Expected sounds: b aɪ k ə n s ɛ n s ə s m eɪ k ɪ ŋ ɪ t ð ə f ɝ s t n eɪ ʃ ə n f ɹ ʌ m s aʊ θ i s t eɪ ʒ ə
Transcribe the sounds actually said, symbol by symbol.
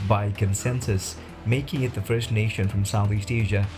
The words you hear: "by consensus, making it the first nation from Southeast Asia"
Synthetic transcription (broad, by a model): b aɪ k ə n s ɛ n s ə s m eɪ k ɪ ŋ ɪ t ð ə f ɝ s t n eɪ ʃ ə n f ɹ ʌ m s aʊ θ i s t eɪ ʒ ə